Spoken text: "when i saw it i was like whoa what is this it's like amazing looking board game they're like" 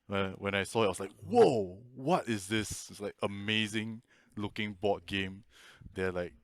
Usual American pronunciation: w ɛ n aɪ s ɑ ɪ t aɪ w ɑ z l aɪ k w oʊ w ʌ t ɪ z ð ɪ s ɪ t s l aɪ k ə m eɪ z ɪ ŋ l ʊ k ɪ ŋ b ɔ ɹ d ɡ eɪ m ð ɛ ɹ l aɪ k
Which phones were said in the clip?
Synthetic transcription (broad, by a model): w ɛ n aɪ s ɑ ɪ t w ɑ s l aɪ k w oʊ w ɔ t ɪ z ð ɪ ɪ s l aɪ k ə m eɪ z ɪ ŋ l ʊ k ɪ ŋ b ɔ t ɡ eɪ m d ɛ l aɪ k